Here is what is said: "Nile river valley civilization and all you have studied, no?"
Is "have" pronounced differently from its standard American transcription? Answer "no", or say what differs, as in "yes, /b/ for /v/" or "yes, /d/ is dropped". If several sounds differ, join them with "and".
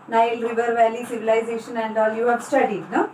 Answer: yes, /b/ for /v/